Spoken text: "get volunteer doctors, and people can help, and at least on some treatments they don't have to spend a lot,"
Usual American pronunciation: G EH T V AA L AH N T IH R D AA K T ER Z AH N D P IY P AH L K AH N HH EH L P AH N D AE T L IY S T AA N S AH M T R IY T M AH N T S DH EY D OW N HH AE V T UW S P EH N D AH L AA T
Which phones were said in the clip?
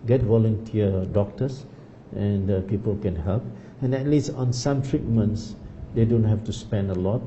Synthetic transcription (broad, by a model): G EH T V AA L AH N T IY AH D AA K T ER S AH N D P IY P AH L K AH N HH EH L P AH N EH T L IY S T AA N S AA M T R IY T M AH N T S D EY D OW N HH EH F T UW S P EH N D AH L AA T